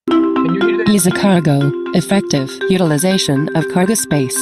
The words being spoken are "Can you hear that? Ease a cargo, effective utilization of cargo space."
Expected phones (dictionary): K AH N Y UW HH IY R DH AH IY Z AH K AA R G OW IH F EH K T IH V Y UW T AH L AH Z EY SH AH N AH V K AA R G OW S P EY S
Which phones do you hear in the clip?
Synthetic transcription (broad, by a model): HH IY IY Z AH K AA R G OW IH F EH K T IH V Y UW T AH L AH Z EY SH AH N AH V K AA R G OW S P EY S